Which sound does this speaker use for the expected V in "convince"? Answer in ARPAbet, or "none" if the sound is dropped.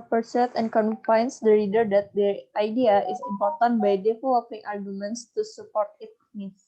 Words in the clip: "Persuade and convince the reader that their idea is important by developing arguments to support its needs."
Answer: F